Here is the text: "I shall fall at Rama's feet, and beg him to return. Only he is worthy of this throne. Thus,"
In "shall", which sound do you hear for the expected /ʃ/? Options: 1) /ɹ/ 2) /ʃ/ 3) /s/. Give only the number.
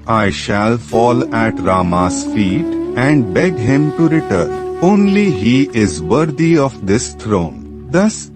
2